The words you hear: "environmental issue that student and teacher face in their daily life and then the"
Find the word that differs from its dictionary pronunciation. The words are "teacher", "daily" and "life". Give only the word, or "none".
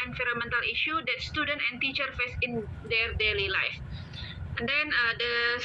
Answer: none